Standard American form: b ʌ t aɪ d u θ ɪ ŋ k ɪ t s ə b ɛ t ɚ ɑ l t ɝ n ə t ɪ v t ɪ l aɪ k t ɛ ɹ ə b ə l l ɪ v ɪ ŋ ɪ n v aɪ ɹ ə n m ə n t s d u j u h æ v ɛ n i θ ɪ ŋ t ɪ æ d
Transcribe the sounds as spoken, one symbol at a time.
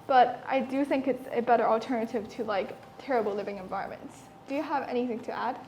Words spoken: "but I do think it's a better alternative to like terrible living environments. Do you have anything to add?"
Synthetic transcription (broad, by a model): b ʌ t aɪ d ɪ θ ɪ ŋ k ɪ t s ə b ɛ t ɚ l t ɝ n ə t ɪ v t ɪ l aɪ k t ɛ ɹ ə b l l ɪ v ɪ ŋ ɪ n v aɪ ɹ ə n m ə n t s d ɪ j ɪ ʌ v ɛ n i θ ɪ ŋ t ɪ æ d